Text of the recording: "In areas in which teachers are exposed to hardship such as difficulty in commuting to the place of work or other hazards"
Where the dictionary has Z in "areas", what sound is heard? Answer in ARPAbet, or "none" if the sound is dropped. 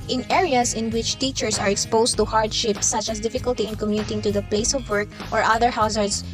S